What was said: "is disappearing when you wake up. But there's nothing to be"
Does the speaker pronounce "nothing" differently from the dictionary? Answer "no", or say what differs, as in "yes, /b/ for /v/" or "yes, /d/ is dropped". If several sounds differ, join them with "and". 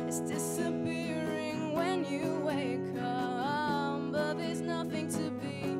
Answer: no